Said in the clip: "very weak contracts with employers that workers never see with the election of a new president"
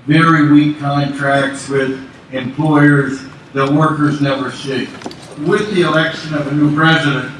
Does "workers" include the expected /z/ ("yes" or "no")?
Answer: yes